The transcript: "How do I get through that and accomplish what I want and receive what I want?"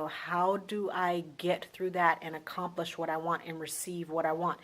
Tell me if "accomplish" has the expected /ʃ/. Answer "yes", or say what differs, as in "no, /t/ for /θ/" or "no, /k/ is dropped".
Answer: yes